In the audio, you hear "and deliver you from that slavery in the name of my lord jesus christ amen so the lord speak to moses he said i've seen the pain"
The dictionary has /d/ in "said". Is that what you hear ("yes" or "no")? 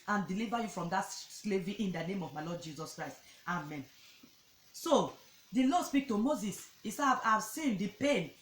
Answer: no